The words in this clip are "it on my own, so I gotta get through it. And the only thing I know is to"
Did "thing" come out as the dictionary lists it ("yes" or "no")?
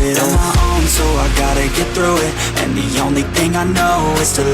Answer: yes